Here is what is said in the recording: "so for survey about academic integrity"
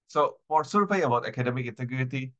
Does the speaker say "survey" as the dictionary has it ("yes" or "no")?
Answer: no